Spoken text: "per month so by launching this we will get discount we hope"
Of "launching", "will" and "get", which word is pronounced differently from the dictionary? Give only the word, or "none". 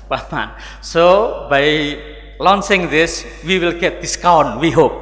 launching